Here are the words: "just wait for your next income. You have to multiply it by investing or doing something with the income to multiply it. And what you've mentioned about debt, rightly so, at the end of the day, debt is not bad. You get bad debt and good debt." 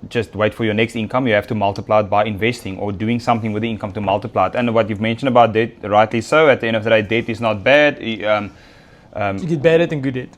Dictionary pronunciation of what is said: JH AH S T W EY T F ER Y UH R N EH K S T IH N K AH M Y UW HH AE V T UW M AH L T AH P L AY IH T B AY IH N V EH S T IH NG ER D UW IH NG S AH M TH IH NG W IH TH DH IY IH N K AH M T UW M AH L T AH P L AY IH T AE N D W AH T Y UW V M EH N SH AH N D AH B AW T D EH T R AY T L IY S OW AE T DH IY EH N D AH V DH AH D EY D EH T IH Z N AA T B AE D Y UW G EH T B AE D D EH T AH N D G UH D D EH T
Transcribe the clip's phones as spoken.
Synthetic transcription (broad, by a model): JH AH S T W EY T F ER Y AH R N EH K S T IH N K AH M Y UW HH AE F T UW M AH L T AH P L AY IH T B AY IH N V EH S T IH NG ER D UW IH NG S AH M TH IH NG W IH DH IY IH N K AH M T UW M AH L T AH P L AY IH T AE N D W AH T Y UW V M EH N SH AH N D AH B AW T D EH T R AY T L IY S OW AE T DH IY EH N D AH V DH AH D EY D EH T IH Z N AA T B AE D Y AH G EH T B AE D D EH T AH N G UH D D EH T